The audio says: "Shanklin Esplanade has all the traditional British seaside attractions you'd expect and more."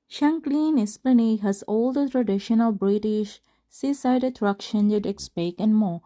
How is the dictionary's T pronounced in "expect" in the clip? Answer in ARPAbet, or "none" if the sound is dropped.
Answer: none